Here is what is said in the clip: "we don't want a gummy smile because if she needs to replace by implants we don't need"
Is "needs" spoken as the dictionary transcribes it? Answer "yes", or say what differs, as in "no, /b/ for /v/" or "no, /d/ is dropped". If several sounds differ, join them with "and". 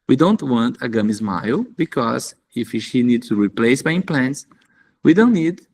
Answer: no, /z/ is dropped